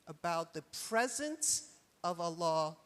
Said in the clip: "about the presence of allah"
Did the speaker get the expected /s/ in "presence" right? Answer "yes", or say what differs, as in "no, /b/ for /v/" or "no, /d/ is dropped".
yes